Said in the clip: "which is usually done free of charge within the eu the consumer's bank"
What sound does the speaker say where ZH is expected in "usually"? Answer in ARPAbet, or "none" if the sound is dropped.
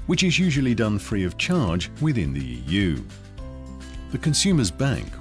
ZH